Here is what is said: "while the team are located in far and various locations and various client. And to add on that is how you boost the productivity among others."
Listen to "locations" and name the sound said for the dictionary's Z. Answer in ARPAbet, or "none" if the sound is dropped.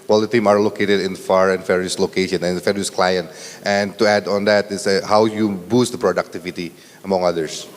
none